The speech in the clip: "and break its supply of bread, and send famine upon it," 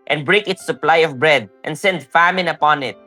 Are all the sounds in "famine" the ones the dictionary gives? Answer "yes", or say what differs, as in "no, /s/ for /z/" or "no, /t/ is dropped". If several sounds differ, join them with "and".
yes